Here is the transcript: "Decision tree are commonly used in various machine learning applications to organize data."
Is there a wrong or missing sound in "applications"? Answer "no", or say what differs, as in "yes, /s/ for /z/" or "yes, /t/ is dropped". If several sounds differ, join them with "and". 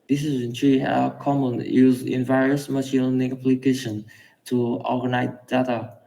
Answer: yes, /z/ is dropped